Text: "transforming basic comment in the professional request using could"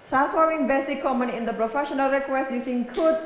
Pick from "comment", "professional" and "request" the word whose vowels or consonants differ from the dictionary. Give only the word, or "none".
comment